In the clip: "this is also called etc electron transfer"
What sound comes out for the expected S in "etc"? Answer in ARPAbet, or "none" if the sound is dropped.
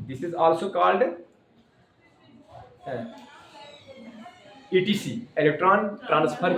none